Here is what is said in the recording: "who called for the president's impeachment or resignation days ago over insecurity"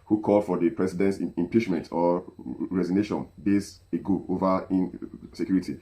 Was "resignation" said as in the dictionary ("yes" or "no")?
yes